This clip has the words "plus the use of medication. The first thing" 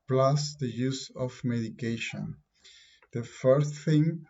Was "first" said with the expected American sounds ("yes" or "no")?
no